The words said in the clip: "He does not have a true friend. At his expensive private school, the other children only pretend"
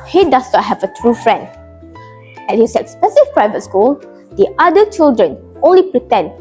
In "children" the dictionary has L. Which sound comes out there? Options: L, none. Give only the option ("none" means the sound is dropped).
L